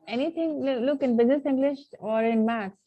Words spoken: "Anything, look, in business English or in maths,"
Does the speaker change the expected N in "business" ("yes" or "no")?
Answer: no